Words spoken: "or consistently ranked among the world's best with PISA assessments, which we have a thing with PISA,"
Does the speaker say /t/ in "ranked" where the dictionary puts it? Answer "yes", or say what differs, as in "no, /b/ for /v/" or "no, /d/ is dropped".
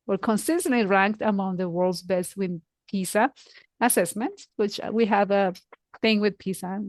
yes